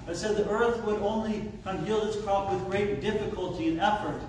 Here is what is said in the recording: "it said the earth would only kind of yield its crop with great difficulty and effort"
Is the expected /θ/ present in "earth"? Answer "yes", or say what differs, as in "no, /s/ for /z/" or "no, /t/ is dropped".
yes